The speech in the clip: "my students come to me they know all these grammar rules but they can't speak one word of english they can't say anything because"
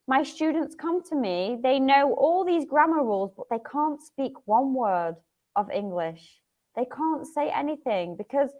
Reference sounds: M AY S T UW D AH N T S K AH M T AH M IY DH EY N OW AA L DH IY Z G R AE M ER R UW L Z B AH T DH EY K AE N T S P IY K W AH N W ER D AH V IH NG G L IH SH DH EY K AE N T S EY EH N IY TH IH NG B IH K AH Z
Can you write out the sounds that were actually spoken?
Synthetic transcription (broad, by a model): M AY S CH UW D N T S K AH M T AH M IY DH EY N OW AA L DH IY Z G R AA M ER R UW L Z B AH T DH EY K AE N T S P IY K W AH N W ER D AH V IH NG G L IH SH DH EY K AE N T S EY EH N IY TH IH NG B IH K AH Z